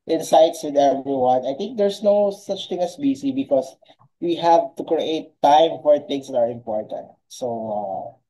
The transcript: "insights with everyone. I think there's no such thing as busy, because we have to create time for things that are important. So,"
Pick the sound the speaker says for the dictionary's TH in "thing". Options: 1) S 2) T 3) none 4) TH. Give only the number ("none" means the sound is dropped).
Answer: 2